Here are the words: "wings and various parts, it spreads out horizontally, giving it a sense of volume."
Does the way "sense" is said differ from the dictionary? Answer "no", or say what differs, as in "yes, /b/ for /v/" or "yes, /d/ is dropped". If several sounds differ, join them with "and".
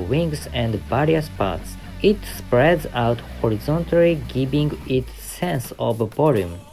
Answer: no